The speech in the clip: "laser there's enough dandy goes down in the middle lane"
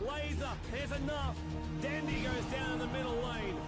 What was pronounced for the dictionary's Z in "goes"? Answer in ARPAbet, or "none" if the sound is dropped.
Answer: Z